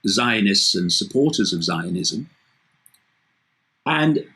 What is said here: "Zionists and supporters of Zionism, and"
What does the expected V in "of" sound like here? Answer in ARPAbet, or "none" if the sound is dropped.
V